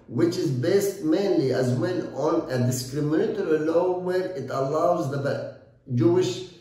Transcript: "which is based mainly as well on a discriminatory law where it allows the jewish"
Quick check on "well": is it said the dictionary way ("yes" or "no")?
no